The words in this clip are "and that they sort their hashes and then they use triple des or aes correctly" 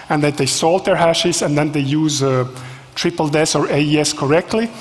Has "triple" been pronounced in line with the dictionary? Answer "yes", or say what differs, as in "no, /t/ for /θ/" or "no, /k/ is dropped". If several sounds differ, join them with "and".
yes